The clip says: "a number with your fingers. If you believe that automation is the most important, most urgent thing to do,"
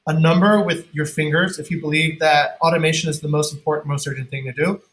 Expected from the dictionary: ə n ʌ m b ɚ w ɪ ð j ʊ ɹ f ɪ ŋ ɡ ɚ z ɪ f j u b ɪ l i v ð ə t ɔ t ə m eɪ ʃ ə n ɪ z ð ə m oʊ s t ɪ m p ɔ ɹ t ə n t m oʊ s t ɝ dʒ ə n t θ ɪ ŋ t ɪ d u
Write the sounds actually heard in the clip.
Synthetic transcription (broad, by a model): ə n ʌ m b ɚ w ɪ ð j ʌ ɹ f ɪ ŋ ɡ ɚ z ɪ f j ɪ b ɪ l i v ð ə t ɔ t ə m eɪ ʃ ə n ɪ z ð ə m oʊ s t m p ɔ ɹ t n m oʊ s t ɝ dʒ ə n θ ɪ ŋ t ɪ d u